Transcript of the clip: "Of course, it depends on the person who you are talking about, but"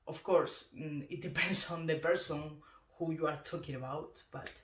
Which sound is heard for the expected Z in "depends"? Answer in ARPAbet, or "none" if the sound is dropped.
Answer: S